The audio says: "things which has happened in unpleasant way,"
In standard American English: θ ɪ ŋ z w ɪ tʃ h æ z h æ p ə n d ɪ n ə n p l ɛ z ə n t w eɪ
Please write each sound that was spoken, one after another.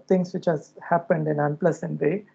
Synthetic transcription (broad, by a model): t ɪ ŋ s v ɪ tʃ h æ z h æ p ə n d ɪ n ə n p l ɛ s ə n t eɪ